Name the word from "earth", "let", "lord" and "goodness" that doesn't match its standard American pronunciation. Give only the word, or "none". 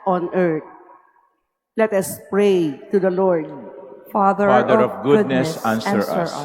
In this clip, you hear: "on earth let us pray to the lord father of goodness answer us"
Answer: earth